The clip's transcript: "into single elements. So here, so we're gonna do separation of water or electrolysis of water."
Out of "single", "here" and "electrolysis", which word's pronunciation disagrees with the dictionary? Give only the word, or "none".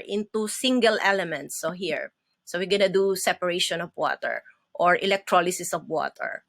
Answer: none